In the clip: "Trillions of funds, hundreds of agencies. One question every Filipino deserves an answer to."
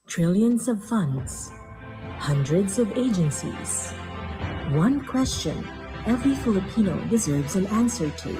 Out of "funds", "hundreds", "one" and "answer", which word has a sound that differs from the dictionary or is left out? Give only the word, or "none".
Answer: none